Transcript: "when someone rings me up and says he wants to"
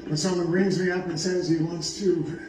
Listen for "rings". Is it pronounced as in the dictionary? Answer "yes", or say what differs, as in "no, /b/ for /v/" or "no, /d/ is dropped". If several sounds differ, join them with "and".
yes